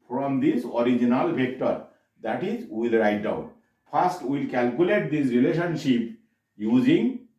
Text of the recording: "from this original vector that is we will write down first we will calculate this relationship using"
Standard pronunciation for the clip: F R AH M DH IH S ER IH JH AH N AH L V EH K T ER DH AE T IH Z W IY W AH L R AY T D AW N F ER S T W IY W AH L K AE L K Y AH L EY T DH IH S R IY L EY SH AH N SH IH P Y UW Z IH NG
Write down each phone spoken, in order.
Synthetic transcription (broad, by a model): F R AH M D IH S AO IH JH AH N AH L P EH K T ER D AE T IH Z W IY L R AY T D AW N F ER S T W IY L K AE L K Y AH L EY T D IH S R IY L EY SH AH N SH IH P Y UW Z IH NG